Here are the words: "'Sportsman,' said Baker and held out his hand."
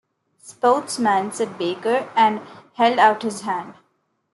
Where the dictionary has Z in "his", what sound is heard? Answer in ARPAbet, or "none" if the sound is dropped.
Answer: Z